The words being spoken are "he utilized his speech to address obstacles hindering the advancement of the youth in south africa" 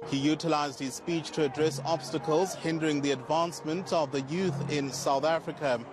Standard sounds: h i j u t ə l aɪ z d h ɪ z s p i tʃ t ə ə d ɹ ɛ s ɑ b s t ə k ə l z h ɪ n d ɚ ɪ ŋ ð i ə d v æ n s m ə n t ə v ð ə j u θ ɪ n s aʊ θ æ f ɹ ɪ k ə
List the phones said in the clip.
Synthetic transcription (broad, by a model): h i j u t ə l aɪ z d h ɪ z s p i tʃ t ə ə d ɹ ɛ s ɑ b s t ə k ə l z h ɪ n d ɚ ɪ ŋ ð i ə d v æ n s m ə n t ə v ð ə j u θ ɪ n s aʊ θ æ f ɹ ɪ k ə